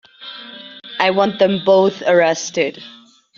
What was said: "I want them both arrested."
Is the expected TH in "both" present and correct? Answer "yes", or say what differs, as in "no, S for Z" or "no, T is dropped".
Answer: yes